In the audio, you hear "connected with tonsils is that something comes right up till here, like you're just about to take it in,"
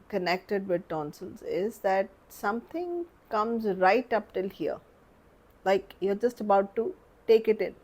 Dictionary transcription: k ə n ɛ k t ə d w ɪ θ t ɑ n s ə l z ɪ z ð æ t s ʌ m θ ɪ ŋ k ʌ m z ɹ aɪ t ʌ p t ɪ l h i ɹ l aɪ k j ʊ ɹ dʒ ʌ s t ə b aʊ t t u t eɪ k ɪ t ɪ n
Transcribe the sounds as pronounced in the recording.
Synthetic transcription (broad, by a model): k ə n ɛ k t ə d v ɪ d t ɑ n s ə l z ɪ z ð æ t s ʌ m t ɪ ŋ k ʌ m z ɹ aɪ t ʌ p t ɪ l h i ɹ l aɪ k j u ɹ dʒ ʌ s t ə b aʊ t t u t eɪ k ɪ t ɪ n